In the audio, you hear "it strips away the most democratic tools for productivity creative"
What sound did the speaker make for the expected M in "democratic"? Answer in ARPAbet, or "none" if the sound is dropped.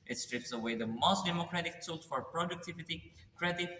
M